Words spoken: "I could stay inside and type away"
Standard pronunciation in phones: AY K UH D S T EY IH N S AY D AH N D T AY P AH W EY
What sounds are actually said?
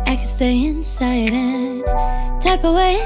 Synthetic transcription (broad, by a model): AY K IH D S T EY IH N S AY D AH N T AY P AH W EY